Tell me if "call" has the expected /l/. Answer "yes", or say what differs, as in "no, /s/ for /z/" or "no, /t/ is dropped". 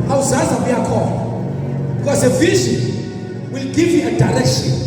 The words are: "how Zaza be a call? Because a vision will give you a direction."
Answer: no, /n/ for /l/